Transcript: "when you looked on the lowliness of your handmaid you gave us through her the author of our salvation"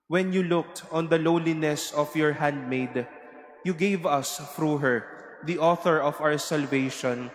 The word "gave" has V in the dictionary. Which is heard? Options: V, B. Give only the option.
V